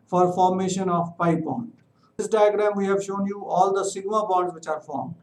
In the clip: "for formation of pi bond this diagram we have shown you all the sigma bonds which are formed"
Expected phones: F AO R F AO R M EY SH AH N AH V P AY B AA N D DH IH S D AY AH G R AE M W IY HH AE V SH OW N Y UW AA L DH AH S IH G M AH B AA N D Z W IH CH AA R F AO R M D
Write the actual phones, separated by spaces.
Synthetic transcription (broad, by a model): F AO R F AO R M EY SH AH N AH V P AY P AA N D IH S D AY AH G R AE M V IY HH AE V SH OW N Y UW AA L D AH S IH G M AH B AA D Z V IH CH AA R F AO R M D